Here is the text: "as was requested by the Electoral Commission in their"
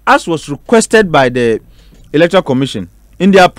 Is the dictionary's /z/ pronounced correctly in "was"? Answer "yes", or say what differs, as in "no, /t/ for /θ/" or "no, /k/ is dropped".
no, /s/ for /z/